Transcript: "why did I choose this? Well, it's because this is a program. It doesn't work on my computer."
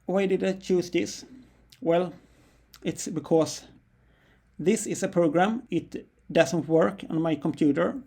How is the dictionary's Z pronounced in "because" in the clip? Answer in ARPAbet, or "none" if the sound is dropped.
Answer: S